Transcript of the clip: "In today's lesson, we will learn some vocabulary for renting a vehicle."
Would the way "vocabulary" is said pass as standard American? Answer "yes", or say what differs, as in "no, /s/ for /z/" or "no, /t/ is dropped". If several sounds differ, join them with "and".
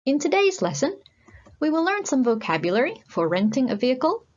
yes